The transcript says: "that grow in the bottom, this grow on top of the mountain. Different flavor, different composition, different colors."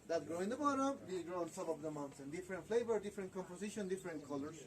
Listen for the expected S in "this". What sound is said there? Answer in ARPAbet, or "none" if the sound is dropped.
none